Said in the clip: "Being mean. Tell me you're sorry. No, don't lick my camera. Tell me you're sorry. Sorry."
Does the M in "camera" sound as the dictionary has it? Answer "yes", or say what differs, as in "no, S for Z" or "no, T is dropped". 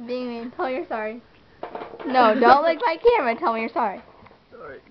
no, M is dropped